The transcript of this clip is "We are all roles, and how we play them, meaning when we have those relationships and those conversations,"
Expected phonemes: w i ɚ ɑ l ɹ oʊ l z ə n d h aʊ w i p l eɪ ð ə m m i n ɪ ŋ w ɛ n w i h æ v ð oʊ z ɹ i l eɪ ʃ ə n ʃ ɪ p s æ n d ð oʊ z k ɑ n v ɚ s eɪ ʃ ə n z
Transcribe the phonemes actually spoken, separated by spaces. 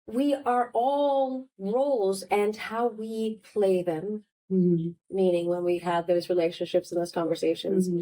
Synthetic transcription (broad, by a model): w i ɚ ɑ l ɹ oʊ l z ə n h aʊ w i p l eɪ ð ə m m i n ɪ ŋ w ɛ n w i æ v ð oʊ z ɹ i l eɪ ʃ ə n ʃ ɪ p s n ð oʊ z k ɑ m v ɚ s eɪ ʃ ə n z